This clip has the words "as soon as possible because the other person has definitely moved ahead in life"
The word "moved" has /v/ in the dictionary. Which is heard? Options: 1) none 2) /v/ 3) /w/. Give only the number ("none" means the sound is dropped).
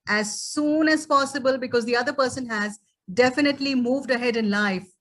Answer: 2